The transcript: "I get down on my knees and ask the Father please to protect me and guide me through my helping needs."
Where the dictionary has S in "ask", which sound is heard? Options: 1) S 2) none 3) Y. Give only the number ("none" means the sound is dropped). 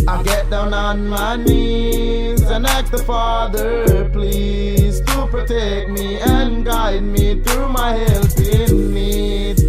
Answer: 2